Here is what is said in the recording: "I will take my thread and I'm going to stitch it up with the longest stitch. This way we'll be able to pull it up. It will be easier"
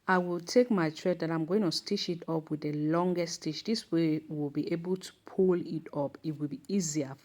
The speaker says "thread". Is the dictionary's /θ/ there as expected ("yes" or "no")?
no